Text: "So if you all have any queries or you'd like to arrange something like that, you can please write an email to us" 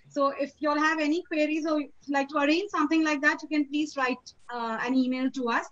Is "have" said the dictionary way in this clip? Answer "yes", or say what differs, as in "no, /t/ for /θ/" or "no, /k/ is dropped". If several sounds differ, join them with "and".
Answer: yes